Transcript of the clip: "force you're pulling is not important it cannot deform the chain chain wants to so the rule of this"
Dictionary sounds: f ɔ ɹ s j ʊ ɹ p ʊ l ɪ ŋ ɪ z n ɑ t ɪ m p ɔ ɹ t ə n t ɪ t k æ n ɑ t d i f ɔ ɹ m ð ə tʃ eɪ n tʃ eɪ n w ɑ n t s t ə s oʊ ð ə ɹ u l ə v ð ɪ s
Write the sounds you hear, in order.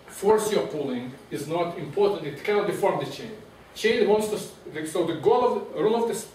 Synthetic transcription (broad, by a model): f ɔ ɹ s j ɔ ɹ p ʊ l ɪ ŋ ɪ z n ɑ t ɪ m p ɔ ɹ t ə n t ɪ t k æ n ɑ t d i f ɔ ɹ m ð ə tʃ eɪ n tʃ eɪ n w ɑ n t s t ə s oʊ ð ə ɹ u l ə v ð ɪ s